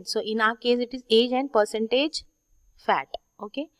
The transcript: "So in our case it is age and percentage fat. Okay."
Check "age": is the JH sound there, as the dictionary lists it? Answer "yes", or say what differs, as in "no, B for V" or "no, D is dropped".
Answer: yes